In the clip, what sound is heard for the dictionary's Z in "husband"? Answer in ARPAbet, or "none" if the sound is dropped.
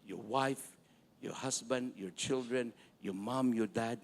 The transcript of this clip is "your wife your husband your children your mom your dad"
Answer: S